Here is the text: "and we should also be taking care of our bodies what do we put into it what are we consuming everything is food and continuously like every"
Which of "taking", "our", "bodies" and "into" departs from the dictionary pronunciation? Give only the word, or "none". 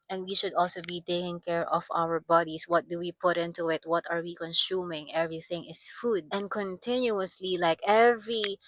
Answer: bodies